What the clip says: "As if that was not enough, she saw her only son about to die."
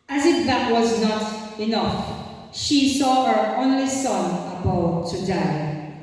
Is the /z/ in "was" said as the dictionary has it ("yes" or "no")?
yes